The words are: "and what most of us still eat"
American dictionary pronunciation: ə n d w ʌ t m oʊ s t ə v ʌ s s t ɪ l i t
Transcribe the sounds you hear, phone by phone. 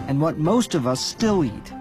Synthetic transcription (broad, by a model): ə n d w ʌ t m oʊ s t ə v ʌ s s t ɪ l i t